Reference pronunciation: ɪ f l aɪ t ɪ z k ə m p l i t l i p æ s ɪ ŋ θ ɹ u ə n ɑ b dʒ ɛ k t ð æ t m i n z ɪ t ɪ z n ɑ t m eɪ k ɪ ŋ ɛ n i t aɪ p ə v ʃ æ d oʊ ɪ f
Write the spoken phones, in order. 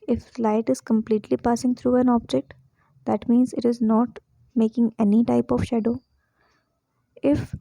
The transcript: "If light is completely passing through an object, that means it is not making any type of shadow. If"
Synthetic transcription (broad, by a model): ɪ f l aɪ t ɪ z k ə m p l i t l i p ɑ s ɪ ŋ t ɹ u ə n ɑ b dʒ ɛ k t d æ t m i n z ɪ t ɪ z n ɑ t m eɪ k ɪ ŋ ɛ n i t aɪ p ə v ʃ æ d oʊ ɪ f